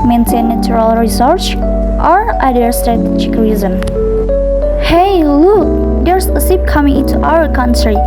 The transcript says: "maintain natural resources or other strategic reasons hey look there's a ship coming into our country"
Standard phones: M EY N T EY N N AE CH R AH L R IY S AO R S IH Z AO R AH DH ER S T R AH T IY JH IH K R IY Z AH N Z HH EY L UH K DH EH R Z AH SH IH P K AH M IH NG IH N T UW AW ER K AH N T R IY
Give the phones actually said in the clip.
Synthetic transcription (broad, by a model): M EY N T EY N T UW R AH L R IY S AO R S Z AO R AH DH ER S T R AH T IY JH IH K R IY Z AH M HH EY L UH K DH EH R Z AH S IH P K AH M IH NG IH N T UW AW ER K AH N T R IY